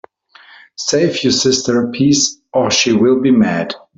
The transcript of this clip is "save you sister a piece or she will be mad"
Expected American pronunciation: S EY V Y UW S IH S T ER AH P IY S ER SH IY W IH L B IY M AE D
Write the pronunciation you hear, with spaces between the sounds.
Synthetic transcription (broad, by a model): S EY F Y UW S IH S T ER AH P IY S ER SH IY W IH L B IY M AE D